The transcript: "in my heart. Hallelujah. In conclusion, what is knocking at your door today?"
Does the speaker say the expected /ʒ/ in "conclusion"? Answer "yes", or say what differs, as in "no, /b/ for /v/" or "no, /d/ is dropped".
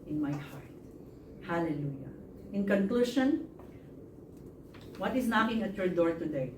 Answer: no, /ʃ/ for /ʒ/